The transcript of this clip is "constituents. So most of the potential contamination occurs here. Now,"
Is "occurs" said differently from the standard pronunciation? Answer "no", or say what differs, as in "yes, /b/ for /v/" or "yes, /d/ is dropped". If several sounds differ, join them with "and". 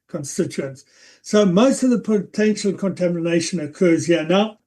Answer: no